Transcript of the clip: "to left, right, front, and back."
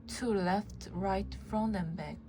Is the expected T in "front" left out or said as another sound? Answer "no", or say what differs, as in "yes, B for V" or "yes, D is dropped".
yes, T is dropped